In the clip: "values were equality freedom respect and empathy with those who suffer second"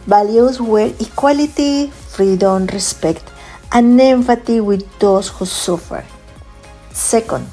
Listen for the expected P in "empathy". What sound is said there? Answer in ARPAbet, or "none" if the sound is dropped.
F